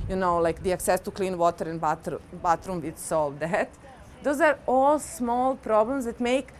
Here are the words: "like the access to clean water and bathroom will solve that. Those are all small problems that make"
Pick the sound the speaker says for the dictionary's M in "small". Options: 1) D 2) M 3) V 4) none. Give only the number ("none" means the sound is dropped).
2